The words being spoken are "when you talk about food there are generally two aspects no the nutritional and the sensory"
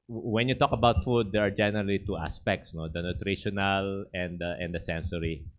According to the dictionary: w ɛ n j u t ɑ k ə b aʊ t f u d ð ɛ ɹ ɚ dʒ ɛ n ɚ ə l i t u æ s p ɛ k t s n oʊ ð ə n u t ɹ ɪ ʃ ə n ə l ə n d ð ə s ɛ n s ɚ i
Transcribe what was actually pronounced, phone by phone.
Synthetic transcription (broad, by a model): w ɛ n j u t ɑ k ə b aʊ t f u d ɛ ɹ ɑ dʒ ɛ n ɚ ə l i t u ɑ s p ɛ k t s n oʊ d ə n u t ɹ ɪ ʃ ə n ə l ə n d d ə s ɛ n s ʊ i